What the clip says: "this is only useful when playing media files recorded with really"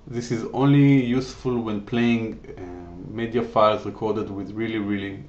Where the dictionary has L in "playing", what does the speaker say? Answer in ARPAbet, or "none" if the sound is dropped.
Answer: L